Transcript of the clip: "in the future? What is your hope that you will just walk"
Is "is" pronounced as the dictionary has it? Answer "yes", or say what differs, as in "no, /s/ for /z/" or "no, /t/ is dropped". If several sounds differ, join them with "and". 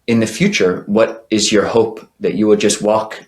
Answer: yes